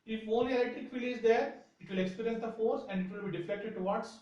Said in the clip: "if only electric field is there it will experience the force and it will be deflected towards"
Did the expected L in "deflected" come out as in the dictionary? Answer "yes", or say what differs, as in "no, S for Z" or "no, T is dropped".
no, L is dropped